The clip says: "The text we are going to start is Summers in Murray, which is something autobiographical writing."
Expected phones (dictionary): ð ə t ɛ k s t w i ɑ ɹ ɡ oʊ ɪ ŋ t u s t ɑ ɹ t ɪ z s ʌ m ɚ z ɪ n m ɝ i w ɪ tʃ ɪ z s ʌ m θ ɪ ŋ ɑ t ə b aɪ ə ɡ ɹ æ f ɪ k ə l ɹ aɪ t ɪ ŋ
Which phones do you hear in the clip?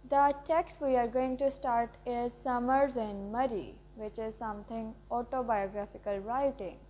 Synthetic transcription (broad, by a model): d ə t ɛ k s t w i ɑ ɹ ɡ oʊ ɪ ŋ t u s t ɑ ɹ t ɪ z s ʌ m ɚ z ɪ n m ɝ i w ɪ tʃ ɪ z s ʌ m t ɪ ŋ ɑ t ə b aɪ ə ɡ ɹ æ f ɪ k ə l ɹ aɪ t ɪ ŋ